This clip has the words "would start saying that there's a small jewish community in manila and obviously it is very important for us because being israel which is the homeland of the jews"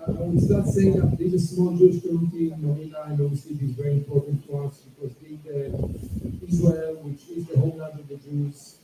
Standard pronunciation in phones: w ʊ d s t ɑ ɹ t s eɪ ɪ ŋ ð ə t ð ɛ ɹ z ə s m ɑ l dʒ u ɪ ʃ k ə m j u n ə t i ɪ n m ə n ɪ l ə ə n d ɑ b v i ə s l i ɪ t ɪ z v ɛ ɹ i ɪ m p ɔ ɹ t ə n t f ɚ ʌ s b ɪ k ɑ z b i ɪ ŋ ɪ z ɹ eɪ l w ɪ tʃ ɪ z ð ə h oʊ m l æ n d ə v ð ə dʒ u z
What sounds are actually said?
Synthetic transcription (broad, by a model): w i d s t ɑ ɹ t s eɪ ɪ ŋ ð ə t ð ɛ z ə s m ɑ l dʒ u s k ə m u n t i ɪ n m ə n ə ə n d ɑ b v i ə s l i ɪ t ɪ z v ɛ ɹ i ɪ m p ɔ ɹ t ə n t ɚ ʌ s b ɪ k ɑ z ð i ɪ ɪ z ɹ eɪ l w ɪ tʃ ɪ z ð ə h oʊ l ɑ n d ə v ð ə dʒ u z